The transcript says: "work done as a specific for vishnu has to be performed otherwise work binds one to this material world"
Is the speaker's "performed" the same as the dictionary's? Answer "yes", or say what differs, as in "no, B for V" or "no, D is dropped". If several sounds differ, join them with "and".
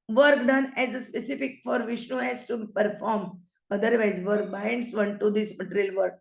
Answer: no, D is dropped